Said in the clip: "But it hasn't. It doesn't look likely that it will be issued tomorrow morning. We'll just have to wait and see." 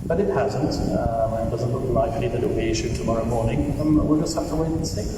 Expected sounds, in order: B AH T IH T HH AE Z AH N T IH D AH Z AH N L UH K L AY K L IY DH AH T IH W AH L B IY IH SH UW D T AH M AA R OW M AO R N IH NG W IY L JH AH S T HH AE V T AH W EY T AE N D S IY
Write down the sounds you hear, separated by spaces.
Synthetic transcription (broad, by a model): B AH T IH T HH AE Z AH N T IH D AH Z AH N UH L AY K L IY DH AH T IH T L B IY IH SH UW D T AH M AA R OW M AO R N IH NG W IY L JH AH S T HH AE F T AH W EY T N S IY